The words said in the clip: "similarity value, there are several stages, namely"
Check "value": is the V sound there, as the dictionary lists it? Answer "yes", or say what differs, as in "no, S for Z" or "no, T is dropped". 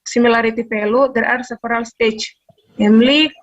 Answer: no, P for V